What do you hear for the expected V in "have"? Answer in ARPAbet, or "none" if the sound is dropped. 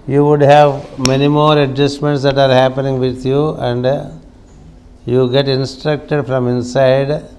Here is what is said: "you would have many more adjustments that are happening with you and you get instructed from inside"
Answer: V